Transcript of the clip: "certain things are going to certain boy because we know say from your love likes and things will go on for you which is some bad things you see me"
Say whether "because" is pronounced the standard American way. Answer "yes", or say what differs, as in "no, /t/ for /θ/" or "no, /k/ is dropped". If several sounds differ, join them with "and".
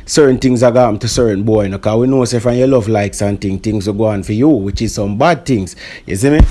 no, /z/ is dropped